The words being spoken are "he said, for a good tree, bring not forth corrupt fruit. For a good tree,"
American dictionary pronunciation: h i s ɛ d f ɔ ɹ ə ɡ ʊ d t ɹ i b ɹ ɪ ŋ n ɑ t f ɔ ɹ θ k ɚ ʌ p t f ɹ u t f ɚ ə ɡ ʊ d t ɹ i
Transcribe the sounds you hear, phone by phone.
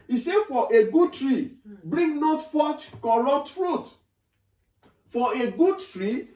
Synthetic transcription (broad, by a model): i s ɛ f ɔ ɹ ə ɡ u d t ɹ i b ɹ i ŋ n ɑ t f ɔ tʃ k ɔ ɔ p t f ɹ u t f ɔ ə ɡ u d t ɹ i